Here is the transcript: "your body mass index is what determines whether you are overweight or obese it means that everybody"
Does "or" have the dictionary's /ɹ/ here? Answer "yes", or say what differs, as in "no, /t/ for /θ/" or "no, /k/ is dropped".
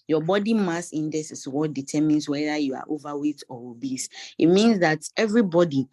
no, /w/ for /ɹ/